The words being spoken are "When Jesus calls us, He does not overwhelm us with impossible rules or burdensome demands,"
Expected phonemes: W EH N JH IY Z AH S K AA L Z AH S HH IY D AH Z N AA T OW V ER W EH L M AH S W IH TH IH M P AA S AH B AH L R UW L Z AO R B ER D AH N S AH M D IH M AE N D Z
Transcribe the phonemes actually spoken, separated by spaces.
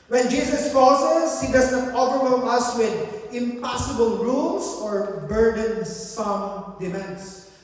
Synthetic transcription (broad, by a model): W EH N JH IY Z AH S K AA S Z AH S HH IY D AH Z N AA T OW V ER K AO M AH S W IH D IH M P AA S AH B AH L R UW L S AO R B ER D AH N S AH M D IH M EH N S